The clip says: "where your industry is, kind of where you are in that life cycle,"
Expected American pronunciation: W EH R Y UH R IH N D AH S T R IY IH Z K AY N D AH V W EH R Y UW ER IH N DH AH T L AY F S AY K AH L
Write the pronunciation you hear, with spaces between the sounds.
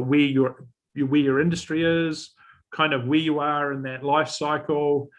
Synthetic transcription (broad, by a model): W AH R Y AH R IH N D AH S T R IY IH Z K AY N D AH V W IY Y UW ER IH N DH AH T L AY F S AY K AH L